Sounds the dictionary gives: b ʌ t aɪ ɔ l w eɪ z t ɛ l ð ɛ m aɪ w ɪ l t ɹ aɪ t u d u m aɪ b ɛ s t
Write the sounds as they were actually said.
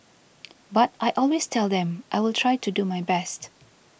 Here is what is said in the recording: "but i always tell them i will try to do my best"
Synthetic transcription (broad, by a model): b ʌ t aɪ ɔ l w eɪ s t ɛ l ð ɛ m aɪ w ɪ l t ɹ aɪ t u d u m aɪ b ɛ s t